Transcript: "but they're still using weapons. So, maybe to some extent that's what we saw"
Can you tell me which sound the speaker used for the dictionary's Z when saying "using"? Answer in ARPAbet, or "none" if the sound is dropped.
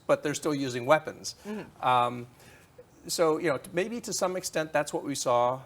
Z